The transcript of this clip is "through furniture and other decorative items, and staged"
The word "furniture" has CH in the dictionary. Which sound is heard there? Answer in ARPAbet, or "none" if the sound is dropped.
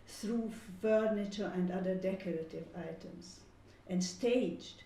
CH